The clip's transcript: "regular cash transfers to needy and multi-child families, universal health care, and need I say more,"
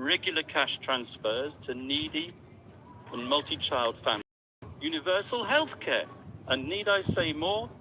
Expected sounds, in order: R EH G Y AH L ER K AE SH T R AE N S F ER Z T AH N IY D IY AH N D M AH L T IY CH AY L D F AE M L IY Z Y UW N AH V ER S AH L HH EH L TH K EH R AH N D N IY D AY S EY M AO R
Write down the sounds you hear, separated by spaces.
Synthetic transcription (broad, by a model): R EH G Y L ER K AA SH T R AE N S F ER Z T AH N IY D IY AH N M AH L T IY CH AY L D F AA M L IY Y UW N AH V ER S AH L HH EH L TH K EH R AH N N IY D AY S EY M AO